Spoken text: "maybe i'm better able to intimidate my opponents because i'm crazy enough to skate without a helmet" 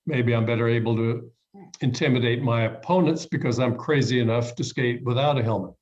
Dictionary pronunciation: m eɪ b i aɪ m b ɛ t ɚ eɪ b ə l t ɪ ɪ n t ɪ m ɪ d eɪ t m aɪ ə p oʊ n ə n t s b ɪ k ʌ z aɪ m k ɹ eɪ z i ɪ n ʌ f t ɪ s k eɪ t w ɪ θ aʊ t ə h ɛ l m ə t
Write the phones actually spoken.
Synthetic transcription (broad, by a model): m eɪ b i aɪ m b ɛ t ɚ eɪ b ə l t ɪ ɪ n t ɪ m ɪ d eɪ t m aɪ ə p oʊ n ə n t s b ɪ k ʌ z aɪ m k ɹ eɪ z i ɪ n ʌ f t ɪ s k eɪ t w ɪ θ aʊ t ə h ɛ l m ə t